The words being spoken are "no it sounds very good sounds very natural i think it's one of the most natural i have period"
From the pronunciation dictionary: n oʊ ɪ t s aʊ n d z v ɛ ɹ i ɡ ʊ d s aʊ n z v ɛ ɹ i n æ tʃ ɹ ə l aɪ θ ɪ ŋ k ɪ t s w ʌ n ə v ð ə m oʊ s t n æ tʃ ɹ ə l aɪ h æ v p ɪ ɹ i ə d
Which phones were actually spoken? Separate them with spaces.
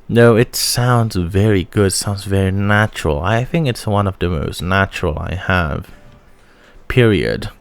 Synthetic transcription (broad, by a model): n oʊ ɪ t s aʊ n d z v ɛ ɹ i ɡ ʊ d s aʊ n z v ɛ ɹ i n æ tʃ ɹ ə l aɪ θ ɪ ŋ k ɪ t s w ʌ n ə v ð ə m oʊ s t n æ tʃ ɹ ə l aɪ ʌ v p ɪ ɹ i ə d